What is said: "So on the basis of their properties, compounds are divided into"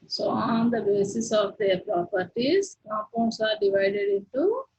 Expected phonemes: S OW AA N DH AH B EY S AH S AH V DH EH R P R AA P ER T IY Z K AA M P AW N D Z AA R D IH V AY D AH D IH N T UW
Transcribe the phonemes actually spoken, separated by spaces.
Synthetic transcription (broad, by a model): S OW AA N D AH B EY S AH S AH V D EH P R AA P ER T IY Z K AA P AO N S AA R D IH V AY D AH D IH N T UW